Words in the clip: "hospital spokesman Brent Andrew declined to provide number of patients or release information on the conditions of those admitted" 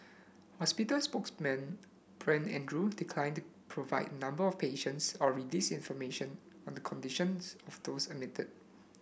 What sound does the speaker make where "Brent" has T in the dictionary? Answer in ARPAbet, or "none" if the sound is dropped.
none